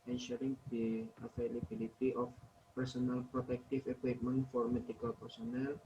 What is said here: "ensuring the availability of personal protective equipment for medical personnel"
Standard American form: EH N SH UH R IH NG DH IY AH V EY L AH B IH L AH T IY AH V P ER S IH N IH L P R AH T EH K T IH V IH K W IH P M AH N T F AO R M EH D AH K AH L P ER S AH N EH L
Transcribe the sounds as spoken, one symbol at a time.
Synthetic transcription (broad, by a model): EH N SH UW R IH NG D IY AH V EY L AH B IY L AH T IY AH F P ER S IH N IH L P R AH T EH K T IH F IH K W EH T M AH N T F AO R M EH D AH K AH L P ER S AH N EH L